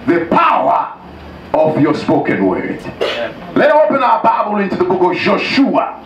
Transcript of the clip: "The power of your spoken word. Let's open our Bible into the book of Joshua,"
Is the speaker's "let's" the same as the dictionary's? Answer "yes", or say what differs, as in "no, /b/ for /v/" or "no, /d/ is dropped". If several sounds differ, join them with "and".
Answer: no, /s/ is dropped